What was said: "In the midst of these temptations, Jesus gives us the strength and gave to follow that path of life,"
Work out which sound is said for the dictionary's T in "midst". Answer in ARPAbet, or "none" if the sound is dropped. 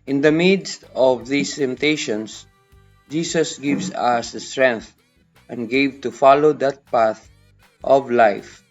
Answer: T